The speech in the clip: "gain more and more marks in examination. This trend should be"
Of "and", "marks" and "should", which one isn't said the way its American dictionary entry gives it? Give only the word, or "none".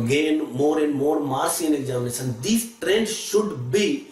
marks